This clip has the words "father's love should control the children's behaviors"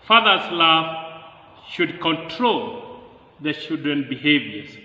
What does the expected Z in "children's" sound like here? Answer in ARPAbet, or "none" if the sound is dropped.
none